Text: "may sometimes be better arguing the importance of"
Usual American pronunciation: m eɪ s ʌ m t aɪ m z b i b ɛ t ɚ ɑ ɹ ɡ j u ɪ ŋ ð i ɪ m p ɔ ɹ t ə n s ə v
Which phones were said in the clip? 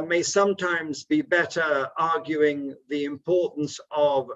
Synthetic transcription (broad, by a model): m eɪ s ʌ m t aɪ m z b i b ɛ t ɚ ɑ ɹ ɡ j u ɪ ŋ ð i ɪ m p ɔ ɹ t n s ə v